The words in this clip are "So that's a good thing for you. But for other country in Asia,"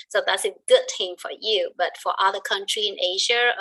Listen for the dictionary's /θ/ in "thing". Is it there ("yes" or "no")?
no